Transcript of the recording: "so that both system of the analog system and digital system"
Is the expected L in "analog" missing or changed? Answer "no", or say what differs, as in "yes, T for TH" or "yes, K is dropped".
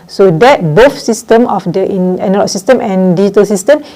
yes, N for L